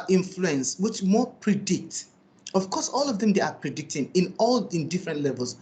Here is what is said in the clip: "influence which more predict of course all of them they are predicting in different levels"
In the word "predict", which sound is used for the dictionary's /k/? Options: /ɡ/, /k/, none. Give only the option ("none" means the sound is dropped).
/k/